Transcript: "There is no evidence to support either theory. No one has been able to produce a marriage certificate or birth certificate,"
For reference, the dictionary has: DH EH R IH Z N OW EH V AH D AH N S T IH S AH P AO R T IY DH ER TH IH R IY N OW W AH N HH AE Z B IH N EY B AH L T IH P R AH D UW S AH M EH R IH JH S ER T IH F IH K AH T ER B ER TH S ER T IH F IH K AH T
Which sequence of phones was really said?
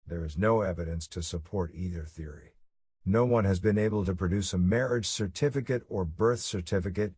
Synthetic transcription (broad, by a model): DH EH R IH Z N OW EH V AH D AH N S T IH S AH P AO R T IY DH ER TH IH R IY N OW W AH N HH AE Z B IH N EY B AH L T IH P R AH D UW S AH M EH R IH JH S ER T IH F IH K AH T ER B ER TH S ER T IH F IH K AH T